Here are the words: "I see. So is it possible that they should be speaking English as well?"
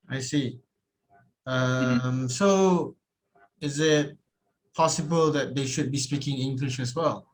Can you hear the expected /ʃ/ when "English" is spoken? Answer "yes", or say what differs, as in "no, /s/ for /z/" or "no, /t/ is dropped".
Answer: yes